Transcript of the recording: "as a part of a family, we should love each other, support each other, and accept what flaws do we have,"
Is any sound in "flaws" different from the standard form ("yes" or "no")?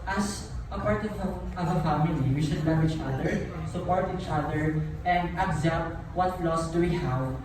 yes